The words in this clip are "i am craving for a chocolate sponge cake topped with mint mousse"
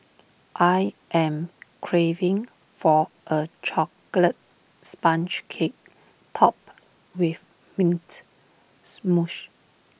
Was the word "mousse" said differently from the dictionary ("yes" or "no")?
yes